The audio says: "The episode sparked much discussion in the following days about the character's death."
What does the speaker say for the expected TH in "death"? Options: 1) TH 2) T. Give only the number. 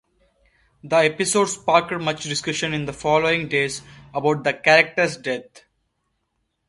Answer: 2